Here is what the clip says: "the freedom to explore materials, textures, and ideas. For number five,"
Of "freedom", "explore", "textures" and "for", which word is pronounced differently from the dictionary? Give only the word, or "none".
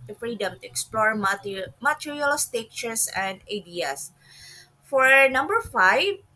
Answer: textures